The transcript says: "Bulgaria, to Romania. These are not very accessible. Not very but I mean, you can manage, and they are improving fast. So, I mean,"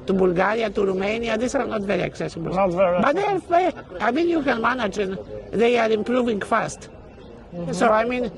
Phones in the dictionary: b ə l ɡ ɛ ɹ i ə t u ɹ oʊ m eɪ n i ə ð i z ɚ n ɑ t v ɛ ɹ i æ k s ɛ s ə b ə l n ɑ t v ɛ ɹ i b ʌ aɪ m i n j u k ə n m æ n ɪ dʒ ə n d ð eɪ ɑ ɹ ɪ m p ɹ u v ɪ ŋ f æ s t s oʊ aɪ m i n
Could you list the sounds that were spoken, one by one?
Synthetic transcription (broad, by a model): b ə l ɡ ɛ ɹ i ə t u ɹ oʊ m eɪ n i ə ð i s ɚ n ɑ t v ɛ ɹ i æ k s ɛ s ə b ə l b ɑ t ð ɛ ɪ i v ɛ aɪ m i n j u k ə n m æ n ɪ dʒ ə n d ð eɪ ɑ ɹ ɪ m p ɹ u v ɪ ŋ f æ s t s oʊ aɪ m i n